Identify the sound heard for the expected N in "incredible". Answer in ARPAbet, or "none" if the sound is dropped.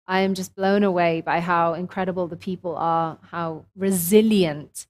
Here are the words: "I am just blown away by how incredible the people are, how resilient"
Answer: N